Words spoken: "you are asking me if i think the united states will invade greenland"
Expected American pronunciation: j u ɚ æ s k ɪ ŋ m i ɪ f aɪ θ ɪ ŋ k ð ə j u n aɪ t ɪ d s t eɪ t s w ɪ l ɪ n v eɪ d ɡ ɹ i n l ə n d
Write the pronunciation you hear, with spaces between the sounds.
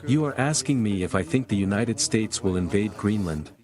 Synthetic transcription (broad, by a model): j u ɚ æ s k ɪ ŋ m i ɪ f aɪ θ ɪ ŋ k ð ə j u n aɪ t ɪ d s t eɪ t s w ɪ l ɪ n v eɪ d ɡ ɹ i n l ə n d